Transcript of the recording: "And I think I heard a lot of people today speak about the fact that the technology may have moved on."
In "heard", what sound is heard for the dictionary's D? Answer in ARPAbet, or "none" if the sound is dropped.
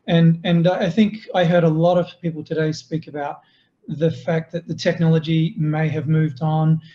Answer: D